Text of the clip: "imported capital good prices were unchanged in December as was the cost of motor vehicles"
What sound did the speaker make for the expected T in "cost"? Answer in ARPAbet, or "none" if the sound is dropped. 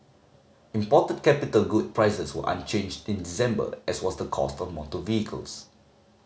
T